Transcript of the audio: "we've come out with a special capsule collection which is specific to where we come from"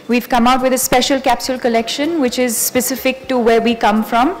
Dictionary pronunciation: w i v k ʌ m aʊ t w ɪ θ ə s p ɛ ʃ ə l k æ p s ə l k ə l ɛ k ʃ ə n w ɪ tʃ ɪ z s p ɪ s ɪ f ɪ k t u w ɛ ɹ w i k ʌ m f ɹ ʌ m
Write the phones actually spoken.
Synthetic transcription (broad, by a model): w i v k ʌ m aʊ t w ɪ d ə s p ɛ ʃ ə l k æ p s ə l k ə l ɛ k ʃ ə n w ɪ tʃ ɪ z s p ɪ s ɪ f ɪ k t u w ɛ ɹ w i k ʌ m f ɹ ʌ m